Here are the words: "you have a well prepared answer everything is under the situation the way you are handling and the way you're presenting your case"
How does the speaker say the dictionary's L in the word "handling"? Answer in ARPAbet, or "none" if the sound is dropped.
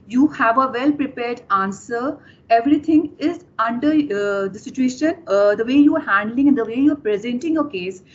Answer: L